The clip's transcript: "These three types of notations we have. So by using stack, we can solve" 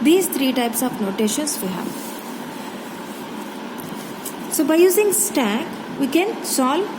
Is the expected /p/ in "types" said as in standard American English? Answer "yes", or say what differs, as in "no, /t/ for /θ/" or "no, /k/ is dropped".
yes